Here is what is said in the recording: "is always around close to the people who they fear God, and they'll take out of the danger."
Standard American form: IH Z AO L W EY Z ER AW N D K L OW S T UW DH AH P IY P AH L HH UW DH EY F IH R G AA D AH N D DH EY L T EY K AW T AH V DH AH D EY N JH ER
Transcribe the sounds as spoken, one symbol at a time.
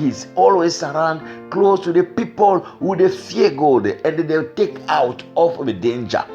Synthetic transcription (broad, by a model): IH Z AO L W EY S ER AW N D K L OW S T UW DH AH P IY P AH L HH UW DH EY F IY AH G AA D AH N D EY T EY K AW T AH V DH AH D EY N JH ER